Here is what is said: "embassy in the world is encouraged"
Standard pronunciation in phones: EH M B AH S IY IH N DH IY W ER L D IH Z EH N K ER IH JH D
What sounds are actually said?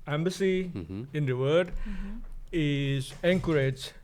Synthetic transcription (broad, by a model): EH M B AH S IY IH N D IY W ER D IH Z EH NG K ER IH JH